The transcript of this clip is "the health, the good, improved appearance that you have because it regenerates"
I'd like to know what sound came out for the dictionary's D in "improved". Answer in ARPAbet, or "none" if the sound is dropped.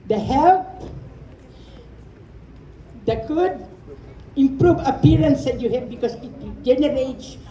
none